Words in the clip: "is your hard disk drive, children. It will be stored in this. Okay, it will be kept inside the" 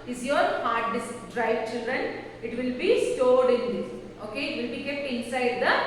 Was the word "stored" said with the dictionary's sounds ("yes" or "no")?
yes